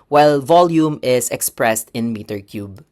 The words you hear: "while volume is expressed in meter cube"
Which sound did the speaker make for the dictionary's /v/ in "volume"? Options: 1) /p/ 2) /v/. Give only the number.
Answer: 2